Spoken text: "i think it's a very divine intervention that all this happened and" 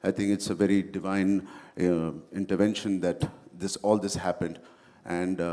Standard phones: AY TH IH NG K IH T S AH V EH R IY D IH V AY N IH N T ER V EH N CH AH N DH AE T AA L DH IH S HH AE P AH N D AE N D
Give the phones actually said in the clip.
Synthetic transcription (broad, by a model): AY T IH NG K IH T S AH V EH R IY D IH V AY N IH N T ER V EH N SH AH N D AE T AA L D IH S HH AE P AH N D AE N D